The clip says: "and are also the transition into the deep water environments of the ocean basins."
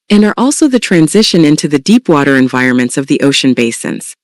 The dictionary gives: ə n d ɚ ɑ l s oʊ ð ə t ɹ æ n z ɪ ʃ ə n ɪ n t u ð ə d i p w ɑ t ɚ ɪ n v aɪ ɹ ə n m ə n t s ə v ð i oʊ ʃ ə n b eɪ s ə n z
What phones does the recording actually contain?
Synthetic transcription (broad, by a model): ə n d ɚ ɑ l s oʊ ð ə t ɹ æ n z ɪ ʃ ə n ɪ n t u ð ə d i p w ɑ t ɚ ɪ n v aɪ ɹ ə n m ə n t s ə v ð i oʊ ʃ ə n b eɪ s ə n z